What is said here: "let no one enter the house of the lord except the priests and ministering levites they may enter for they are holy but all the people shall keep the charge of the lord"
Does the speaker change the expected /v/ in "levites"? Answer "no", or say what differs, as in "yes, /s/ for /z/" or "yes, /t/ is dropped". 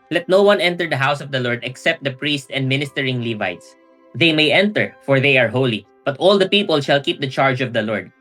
no